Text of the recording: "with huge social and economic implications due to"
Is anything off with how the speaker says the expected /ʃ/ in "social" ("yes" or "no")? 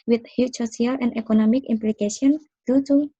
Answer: yes